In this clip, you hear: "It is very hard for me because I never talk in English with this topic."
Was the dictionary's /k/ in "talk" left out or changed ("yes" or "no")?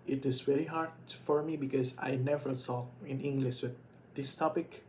yes